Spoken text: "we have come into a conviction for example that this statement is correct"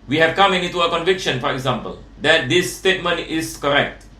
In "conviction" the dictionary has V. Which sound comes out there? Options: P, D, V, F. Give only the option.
V